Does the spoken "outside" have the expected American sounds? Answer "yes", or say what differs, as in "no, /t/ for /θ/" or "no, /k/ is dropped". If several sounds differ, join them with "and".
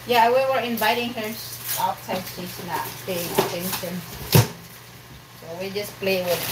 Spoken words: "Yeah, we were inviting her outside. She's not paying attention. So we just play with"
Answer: no, /s/ is dropped